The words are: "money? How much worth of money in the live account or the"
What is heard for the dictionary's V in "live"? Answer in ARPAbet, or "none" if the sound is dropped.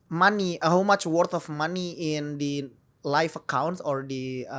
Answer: F